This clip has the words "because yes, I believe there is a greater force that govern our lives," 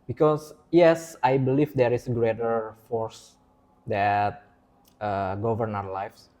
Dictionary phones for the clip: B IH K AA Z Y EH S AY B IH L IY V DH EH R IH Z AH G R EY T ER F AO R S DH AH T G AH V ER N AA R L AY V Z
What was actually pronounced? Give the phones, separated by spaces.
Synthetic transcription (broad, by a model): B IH K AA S Y EH S AY B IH L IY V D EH R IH S AH G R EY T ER F AO R S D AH T G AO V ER N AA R L AY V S